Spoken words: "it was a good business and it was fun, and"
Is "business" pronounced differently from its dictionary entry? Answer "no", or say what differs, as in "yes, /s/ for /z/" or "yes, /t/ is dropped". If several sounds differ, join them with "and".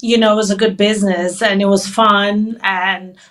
no